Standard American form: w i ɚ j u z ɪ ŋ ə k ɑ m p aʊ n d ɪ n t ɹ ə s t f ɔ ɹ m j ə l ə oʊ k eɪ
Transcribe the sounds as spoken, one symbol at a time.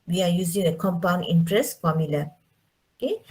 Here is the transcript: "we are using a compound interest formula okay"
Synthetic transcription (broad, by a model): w i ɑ j u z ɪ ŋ ə k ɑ m p aʊ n ɪ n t ɹ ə s f ɔ m j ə l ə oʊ k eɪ